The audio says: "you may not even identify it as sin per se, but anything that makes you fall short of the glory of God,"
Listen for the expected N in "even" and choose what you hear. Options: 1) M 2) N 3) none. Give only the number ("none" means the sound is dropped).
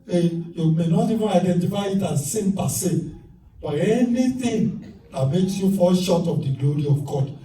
3